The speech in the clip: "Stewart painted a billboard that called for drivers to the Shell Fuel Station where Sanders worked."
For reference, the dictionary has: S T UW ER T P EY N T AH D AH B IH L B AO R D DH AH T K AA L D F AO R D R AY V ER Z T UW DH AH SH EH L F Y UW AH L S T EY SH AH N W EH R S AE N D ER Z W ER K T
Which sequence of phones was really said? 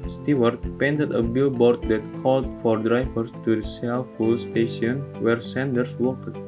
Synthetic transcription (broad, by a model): S T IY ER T P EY N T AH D AH B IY L B AO R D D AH T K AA L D F AO R D R AY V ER S T UW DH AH S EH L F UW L S T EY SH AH N W EH R S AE N D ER S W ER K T